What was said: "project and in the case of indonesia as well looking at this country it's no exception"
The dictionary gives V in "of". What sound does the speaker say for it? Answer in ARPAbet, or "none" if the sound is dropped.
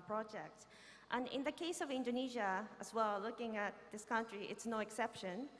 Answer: V